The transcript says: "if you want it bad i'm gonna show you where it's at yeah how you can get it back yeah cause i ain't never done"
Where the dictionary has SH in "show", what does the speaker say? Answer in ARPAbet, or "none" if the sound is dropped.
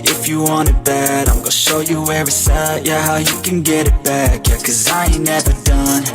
SH